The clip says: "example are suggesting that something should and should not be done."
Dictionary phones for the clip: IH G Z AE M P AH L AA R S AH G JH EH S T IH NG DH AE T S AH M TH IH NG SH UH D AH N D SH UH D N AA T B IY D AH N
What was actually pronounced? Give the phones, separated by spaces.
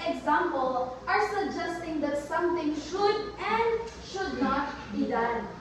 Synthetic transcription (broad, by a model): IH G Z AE M P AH L AA R S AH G JH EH S T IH NG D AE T S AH M T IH NG SH UH D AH N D SH UH D N AA T B IY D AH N